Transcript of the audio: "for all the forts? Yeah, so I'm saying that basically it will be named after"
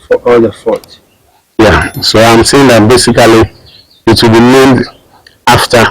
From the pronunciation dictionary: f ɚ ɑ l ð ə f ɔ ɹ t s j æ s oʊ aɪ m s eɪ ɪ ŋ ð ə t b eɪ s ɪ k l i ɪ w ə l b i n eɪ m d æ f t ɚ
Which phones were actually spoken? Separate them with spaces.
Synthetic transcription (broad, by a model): f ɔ ɑ l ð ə f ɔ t j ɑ s oʊ aɪ m s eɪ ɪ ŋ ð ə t b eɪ s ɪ k l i ɪ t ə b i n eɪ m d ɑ f t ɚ